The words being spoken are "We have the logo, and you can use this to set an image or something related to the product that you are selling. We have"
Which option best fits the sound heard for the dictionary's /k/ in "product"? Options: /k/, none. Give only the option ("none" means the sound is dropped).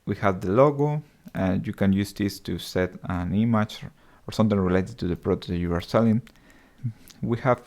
none